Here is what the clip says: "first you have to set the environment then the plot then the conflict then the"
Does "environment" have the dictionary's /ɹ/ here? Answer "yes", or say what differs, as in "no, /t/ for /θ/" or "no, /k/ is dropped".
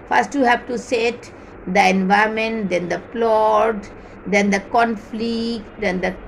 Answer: no, /ɹ/ is dropped